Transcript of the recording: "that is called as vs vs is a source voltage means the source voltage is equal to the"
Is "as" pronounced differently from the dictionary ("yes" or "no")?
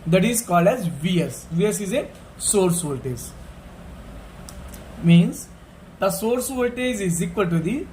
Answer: no